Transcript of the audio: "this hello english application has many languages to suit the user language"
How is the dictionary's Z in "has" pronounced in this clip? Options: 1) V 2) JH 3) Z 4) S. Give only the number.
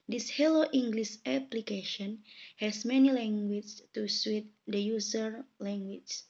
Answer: 4